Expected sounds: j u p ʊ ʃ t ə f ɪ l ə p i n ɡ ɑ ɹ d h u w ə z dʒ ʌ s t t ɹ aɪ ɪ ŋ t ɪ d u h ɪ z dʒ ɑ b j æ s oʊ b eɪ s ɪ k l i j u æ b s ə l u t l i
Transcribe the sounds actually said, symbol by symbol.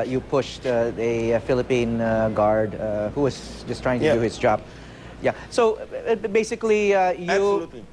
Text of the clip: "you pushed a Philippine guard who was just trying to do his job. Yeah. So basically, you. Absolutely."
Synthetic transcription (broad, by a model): j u p ʊ ʃ t ə f ɪ l ə p i n ɡ ɑ ɹ d h u w ə z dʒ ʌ s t t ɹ aɪ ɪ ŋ t ɪ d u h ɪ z dʒ ɑ b j æ s oʊ b eɪ s ɪ k l i j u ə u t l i